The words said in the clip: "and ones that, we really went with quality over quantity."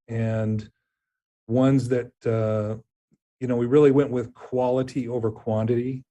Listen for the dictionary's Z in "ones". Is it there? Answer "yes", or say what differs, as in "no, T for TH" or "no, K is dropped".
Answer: yes